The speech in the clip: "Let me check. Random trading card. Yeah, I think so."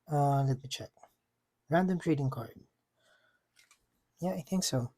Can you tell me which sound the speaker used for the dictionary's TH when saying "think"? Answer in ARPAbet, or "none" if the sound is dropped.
TH